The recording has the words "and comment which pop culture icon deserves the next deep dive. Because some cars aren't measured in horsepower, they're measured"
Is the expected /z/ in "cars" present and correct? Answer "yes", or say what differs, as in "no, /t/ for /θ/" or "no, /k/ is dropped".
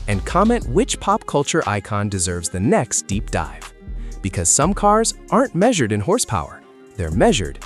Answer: yes